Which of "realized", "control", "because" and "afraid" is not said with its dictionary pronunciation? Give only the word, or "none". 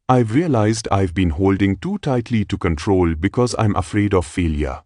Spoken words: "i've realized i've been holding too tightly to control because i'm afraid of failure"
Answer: none